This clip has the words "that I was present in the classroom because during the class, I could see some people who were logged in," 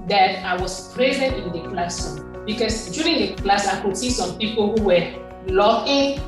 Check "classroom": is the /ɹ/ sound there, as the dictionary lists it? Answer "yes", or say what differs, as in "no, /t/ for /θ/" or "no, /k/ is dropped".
no, /ɹ/ is dropped